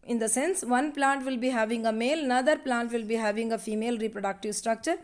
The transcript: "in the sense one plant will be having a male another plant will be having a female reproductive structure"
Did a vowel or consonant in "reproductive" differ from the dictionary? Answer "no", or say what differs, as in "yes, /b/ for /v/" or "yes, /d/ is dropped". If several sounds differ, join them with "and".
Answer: no